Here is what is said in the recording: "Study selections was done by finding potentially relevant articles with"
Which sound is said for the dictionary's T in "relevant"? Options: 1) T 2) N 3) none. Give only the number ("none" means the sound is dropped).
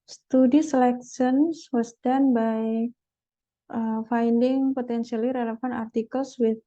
3